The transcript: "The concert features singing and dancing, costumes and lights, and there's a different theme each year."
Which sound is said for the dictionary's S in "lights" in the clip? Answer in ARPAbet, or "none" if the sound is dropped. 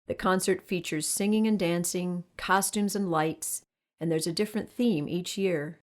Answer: S